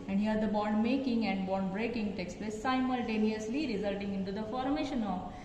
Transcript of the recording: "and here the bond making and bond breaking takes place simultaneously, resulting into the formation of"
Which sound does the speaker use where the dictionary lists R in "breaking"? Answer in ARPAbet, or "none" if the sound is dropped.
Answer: R